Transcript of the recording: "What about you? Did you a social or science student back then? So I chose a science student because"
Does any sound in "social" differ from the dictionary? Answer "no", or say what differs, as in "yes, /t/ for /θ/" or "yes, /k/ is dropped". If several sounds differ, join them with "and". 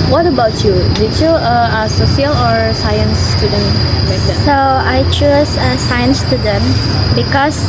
yes, /s/ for /ʃ/